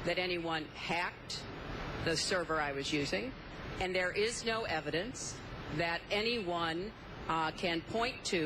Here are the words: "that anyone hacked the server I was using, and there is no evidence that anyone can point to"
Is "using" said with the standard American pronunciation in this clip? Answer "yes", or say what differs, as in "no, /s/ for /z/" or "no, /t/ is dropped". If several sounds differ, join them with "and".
yes